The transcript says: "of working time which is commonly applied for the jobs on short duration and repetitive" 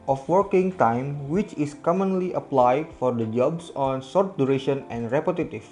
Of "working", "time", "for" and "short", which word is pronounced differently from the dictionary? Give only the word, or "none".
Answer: short